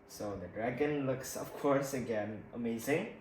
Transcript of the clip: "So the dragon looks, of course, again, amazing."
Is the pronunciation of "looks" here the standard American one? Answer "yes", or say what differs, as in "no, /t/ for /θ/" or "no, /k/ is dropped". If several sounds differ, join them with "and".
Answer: yes